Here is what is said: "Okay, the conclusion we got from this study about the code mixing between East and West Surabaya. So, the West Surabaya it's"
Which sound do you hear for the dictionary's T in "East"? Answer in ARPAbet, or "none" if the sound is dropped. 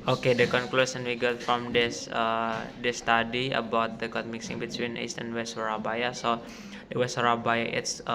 T